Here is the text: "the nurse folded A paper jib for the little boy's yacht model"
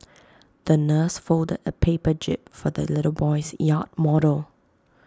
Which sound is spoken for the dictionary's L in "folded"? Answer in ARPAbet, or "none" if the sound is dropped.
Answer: L